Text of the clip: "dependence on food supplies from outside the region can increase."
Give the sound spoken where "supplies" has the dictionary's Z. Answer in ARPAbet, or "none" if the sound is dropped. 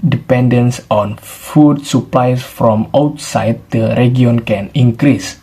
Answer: S